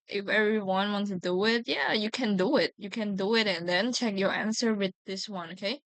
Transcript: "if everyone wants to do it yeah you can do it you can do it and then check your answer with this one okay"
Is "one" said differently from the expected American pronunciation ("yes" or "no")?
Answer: no